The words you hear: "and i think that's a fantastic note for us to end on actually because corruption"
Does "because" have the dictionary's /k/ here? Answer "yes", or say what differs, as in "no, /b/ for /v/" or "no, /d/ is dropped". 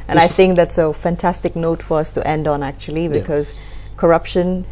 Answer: yes